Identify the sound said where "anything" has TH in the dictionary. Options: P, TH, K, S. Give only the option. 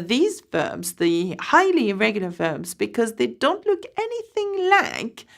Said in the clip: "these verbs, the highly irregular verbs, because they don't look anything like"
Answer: TH